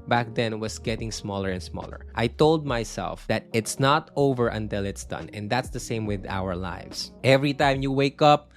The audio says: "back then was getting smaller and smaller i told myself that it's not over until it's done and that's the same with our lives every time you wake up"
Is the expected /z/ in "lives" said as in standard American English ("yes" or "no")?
no